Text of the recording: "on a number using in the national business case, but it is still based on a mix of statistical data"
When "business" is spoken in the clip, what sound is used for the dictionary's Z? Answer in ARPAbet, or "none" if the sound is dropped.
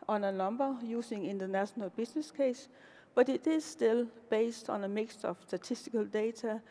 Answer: S